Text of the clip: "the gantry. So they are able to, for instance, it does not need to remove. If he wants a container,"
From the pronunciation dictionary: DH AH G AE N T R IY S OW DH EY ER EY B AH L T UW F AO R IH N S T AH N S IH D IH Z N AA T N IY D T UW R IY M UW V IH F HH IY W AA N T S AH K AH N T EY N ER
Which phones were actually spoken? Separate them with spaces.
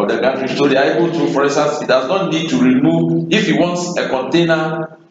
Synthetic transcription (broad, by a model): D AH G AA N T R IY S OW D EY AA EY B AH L T UW F AO R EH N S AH S IH D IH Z N AA T N IY D T UW R IY M UW V IH F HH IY W AA N T S AH K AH N T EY N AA